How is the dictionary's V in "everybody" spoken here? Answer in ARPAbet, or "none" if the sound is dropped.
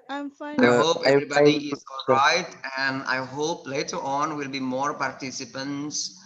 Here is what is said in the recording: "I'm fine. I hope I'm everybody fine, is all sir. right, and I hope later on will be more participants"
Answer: none